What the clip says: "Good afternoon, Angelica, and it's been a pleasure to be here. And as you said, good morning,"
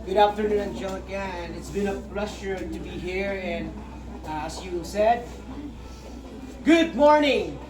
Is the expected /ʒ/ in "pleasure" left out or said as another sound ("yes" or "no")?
yes